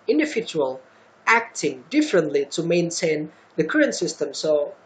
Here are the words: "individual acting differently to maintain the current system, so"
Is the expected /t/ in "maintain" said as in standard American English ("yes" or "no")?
yes